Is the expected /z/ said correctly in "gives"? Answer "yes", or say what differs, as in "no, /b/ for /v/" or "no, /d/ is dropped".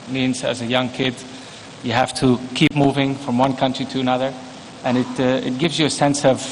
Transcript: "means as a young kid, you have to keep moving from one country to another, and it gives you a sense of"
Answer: yes